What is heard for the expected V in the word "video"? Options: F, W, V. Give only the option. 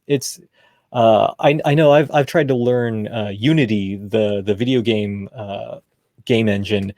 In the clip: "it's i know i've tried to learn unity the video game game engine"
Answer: V